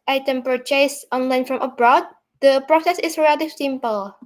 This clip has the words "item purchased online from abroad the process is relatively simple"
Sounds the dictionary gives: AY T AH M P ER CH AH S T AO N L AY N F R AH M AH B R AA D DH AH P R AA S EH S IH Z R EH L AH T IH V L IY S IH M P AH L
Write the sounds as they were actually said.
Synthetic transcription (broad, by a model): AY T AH M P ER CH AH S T AO N L AY N F R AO M AH B R AA D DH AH P R AA S EH S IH S R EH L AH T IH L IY S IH M P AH L